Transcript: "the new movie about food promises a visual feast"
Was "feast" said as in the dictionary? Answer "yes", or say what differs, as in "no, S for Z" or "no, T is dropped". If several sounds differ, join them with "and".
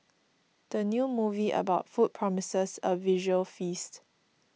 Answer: yes